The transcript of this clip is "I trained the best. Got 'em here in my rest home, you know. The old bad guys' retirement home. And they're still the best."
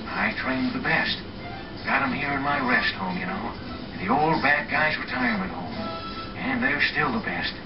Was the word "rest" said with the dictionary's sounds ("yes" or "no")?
yes